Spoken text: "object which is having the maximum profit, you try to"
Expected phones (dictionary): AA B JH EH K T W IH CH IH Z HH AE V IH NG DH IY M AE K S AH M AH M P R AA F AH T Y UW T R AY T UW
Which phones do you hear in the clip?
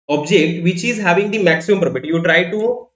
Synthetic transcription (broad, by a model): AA B JH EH K T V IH CH IH Z HH AE V IH NG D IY M AE K S AH M AH M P R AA P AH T Y UW T R AY T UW